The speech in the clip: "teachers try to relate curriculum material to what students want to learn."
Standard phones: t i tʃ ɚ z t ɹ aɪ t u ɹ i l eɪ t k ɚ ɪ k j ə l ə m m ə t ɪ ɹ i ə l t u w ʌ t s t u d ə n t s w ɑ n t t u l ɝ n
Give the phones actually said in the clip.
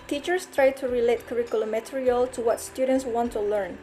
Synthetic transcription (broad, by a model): t i tʃ ɚ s t ɹ aɪ t u ɹ i l eɪ t k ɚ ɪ k j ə l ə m m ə t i ɹ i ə l t u w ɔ t s t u d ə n t s w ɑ n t t u l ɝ n